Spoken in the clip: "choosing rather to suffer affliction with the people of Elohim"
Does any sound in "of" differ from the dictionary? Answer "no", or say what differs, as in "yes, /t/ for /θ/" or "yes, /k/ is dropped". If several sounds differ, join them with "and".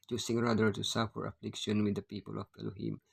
yes, /b/ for /v/